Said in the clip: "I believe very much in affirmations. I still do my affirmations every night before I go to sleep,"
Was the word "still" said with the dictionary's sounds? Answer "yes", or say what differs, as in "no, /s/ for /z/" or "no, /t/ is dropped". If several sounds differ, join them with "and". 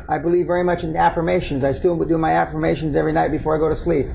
no, /w/ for /l/